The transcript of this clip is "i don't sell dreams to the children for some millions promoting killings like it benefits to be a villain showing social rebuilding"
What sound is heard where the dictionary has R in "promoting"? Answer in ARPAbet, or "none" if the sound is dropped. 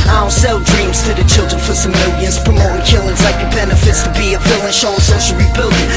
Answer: none